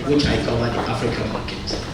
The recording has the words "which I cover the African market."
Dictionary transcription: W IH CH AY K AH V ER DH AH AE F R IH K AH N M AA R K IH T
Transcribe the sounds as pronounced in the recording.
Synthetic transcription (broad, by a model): W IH CH AY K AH ER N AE F R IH K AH M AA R K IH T